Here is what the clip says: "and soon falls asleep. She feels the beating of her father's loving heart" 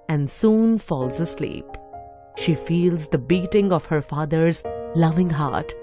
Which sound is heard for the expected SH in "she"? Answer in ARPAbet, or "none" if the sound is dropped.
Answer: SH